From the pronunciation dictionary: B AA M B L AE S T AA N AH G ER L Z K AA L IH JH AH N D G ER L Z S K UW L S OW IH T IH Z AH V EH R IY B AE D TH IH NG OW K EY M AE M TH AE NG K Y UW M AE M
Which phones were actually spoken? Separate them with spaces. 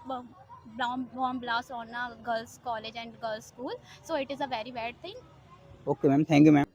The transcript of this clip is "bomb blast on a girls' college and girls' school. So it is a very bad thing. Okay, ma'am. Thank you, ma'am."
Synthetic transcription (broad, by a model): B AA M B L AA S AA N AH G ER L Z K AA L IH JH AH N D G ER L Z S K UW L S OW IH T IH Z AH V EH R IY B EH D T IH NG OW K EY M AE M T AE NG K Y UW M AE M